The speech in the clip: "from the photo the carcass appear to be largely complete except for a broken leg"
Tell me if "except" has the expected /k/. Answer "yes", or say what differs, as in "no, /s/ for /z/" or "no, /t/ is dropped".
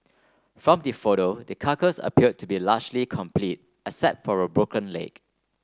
no, /k/ is dropped